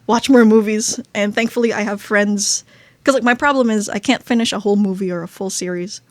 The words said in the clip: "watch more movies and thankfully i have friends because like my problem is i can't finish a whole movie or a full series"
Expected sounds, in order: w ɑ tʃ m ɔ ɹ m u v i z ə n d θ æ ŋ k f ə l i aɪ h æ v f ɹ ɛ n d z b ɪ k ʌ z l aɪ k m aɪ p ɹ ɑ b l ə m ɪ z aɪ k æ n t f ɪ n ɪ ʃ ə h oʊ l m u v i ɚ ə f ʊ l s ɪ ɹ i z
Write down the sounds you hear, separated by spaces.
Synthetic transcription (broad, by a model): w ɑ tʃ m ɔ ɹ m u v i z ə n θ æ ŋ k f l i aɪ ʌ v f ɹ ɛ n d z k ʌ z l aɪ k m aɪ p ɹ ɑ b l ə m ɪ z aɪ k æ n t f ɪ n ɪ ʃ ə h oʊ l m u v i ɚ ə f ʊ l s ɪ ɹ i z